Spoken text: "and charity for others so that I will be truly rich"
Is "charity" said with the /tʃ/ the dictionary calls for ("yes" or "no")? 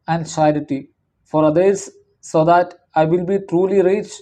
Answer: no